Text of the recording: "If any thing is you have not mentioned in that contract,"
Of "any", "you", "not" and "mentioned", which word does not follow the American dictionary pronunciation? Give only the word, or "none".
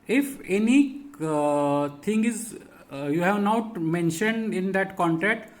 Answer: none